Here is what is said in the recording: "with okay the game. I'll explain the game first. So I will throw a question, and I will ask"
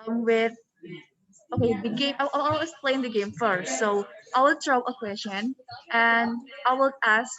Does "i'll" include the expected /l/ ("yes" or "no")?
no